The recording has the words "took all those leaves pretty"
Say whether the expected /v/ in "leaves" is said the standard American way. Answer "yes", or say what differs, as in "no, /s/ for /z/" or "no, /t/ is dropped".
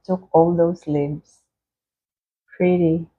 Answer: no, /b/ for /v/